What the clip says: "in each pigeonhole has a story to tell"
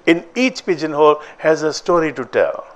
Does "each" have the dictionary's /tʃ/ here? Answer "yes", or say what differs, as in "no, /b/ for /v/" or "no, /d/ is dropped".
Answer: yes